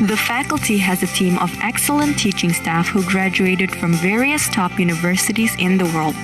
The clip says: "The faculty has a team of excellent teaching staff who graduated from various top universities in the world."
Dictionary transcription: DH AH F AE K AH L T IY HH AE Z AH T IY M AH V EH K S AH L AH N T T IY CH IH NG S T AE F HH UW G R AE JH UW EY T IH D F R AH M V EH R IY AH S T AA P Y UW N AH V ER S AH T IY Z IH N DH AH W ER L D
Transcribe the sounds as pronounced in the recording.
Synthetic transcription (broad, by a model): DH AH F AE K AH L T IY HH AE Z AH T IY M AH V EH K S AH L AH N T T IY CH IH NG S T AE F HH UW G R AE JH UW EY T IH D F R AH M V EH R IY AH S T AA P Y UW N AH V ER S AH T IY Z IH N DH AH W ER L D